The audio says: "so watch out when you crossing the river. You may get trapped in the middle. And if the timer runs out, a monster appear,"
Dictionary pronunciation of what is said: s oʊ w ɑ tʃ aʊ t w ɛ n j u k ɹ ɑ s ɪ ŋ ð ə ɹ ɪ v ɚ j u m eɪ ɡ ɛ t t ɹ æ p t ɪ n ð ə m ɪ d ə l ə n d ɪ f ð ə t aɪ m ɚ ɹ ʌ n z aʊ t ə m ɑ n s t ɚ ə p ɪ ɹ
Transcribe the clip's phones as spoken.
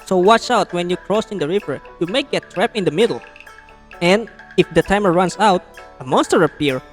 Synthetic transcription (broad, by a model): s oʊ w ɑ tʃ aʊ t w ɛ n j u k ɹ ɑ s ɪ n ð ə ɹ ɪ v ɚ j u m eɪ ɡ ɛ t t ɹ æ p ɪ n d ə m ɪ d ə l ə n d ɪ f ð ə t aɪ m ɚ ɹ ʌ n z aʊ t ə m ɑ n s t ɚ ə p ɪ ɹ